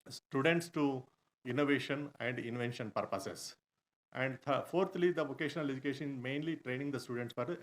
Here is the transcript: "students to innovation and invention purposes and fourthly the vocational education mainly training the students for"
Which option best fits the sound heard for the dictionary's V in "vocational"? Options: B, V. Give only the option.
V